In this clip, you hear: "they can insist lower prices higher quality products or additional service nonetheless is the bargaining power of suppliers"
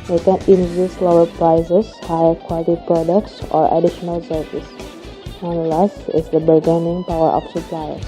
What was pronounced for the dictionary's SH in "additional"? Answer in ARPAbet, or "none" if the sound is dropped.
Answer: SH